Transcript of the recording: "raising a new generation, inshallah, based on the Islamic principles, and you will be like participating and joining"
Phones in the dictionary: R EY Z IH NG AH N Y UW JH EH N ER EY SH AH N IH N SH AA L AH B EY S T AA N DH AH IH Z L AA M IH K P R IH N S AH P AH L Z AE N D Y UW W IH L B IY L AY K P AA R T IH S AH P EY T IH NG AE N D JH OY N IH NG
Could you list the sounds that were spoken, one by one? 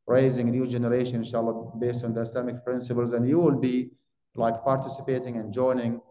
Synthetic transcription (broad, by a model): R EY Z IH NG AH N Y UW JH EH N ER EY SH AH N IH N SH AA L AH B EY S T AA N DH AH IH S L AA M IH K P R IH N S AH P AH L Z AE N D Y UW W IH L B IY L AY K P AA R T IH S AH P EY T IH NG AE N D JH OY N IH NG